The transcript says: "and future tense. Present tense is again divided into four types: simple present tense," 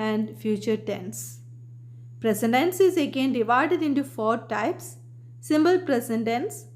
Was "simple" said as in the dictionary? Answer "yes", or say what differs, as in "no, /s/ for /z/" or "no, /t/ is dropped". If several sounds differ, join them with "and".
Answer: no, /b/ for /p/